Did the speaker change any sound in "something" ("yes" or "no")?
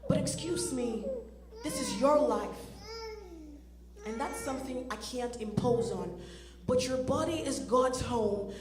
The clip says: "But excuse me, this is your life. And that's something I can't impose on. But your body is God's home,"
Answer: no